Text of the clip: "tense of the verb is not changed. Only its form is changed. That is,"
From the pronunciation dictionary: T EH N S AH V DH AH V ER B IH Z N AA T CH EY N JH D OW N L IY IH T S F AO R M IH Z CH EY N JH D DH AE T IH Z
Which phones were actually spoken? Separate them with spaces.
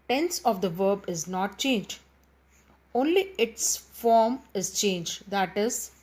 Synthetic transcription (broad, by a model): T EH N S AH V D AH V ER B IH Z N AA T CH EY N JH D OW N L IY IH T S F AO R M IH Z CH EY N JH D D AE T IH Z